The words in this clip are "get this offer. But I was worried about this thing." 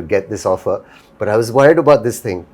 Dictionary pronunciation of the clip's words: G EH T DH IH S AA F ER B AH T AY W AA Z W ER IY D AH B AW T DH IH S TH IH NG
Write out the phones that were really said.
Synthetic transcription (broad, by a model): G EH T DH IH S AA F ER B AH T AY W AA Z W ER IY D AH B AW T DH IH S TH IH NG